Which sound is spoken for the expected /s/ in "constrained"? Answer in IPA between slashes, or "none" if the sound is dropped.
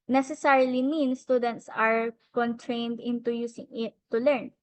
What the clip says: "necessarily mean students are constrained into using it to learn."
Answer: none